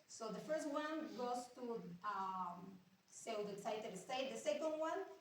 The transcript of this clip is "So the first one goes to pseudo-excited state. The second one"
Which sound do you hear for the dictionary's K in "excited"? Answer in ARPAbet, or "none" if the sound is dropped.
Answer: none